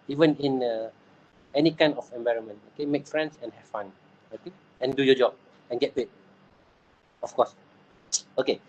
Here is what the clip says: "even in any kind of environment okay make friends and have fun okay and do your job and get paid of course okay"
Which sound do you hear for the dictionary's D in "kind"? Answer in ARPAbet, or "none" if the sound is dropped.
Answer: none